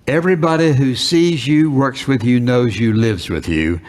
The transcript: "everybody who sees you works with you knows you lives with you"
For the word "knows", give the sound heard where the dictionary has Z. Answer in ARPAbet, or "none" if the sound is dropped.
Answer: Z